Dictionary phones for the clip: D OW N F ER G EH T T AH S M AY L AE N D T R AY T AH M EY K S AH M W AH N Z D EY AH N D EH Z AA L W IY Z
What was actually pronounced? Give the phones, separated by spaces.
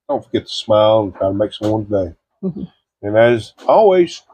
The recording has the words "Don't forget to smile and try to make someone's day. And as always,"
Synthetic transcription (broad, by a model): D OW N F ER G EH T T AH S M AY L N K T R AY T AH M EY K S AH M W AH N D EY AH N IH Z AA L W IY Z